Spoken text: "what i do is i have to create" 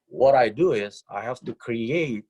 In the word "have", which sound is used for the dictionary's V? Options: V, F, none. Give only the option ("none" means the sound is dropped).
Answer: F